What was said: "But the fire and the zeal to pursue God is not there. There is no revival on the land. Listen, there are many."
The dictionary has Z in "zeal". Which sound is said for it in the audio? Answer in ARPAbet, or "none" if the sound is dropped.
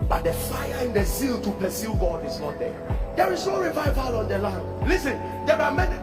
S